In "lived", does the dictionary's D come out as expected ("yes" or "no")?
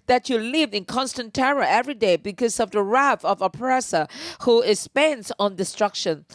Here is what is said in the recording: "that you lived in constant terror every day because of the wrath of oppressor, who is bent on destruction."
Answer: no